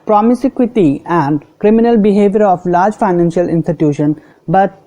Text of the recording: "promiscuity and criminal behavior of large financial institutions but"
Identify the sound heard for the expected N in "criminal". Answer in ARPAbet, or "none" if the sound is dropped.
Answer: N